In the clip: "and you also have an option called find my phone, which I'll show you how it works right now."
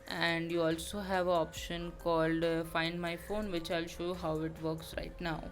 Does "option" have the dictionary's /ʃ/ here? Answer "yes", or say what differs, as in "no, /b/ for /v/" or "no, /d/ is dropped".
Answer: yes